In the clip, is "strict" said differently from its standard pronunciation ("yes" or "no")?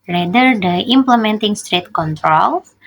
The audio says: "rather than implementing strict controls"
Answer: yes